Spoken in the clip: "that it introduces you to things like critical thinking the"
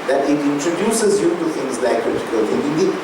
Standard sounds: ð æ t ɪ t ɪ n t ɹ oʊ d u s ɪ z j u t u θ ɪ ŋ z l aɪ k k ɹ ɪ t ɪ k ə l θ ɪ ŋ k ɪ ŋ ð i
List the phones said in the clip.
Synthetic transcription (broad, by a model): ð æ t ɪ t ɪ n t ɹ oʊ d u s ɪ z j u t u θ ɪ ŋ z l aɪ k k ɪ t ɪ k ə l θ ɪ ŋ ɪ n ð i